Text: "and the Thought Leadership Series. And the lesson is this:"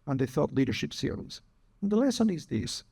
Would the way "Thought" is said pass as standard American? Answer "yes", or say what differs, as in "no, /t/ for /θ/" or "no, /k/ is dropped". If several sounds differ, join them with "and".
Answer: yes